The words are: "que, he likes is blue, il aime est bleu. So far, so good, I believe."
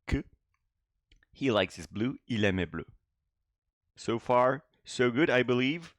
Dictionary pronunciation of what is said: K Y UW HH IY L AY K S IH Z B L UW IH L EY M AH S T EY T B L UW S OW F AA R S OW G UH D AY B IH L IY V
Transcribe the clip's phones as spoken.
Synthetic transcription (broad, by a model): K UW HH IY L AY K S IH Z B L UW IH L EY M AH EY B L UW S OW F AA R S OW G UH D AY B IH L IY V